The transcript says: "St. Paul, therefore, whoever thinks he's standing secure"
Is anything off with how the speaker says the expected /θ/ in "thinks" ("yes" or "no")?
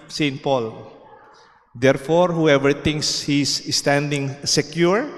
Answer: yes